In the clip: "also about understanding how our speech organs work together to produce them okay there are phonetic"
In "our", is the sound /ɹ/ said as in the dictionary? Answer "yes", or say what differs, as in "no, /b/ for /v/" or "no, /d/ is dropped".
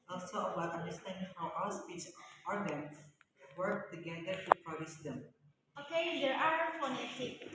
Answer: no, /l/ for /ɹ/